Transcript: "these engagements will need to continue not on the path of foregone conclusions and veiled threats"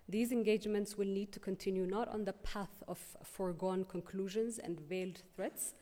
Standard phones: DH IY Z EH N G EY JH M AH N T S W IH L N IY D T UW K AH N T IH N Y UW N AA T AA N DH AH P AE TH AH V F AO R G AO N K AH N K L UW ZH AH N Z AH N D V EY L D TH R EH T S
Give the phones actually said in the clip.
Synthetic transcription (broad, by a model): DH IY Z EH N G EY JH M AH N T S W IH L N IY D T UW K AH N T IH N Y UW N AA T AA N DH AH P AE TH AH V F AO R G AO N K AH N K L UW ZH AH N Z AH N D V EY L D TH R EH T S